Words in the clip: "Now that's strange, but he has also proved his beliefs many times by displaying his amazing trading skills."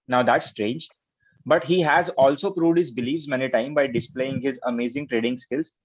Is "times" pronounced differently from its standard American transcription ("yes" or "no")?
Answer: yes